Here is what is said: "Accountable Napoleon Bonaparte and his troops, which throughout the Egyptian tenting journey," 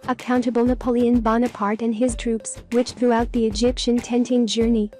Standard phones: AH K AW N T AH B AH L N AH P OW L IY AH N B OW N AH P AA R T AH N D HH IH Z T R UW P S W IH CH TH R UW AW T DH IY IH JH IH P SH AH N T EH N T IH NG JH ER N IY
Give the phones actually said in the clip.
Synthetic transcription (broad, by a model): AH K AW N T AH B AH L N AH P OW L IY AH N B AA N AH P AA R T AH N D IH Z T R UW P S W IH CH TH R UW AW T DH IY IH JH IH P SH AH N T EH N T IH NG JH ER N IY